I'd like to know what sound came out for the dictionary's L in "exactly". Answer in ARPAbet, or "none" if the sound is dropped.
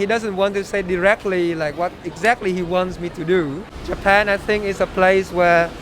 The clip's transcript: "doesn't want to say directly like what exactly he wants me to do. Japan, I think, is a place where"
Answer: L